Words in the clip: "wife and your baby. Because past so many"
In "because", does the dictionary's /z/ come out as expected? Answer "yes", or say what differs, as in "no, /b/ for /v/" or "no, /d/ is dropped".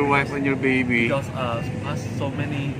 no, /z/ is dropped